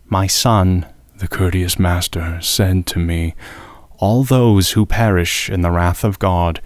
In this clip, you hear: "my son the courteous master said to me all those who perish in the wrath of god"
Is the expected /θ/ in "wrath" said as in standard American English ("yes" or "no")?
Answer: yes